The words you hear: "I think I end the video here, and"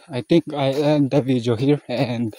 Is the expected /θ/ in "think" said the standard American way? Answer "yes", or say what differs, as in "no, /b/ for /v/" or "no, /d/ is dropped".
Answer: no, /t/ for /θ/